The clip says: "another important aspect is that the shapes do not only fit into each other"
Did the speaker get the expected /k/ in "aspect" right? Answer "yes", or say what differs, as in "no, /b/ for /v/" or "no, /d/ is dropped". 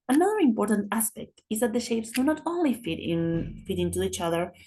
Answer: yes